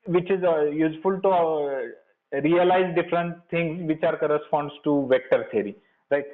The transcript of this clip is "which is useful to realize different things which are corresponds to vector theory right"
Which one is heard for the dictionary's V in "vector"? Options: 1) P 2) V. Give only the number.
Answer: 2